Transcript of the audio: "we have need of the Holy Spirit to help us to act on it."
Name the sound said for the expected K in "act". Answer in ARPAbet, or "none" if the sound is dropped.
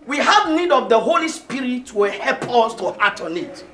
none